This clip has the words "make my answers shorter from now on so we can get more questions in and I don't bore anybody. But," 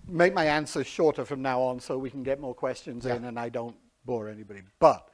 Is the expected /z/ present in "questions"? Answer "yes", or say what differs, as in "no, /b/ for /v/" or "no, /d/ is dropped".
yes